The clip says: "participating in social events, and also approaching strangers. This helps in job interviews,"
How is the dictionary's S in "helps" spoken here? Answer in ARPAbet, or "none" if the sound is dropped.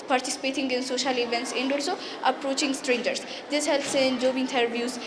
S